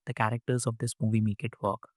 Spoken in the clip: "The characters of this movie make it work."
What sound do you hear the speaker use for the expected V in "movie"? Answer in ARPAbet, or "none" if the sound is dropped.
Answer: V